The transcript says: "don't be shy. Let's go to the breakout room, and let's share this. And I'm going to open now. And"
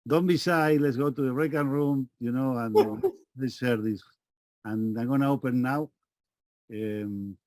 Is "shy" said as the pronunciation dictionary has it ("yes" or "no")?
no